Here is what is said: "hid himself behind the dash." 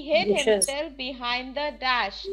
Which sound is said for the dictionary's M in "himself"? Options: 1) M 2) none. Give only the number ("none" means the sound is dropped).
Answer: 2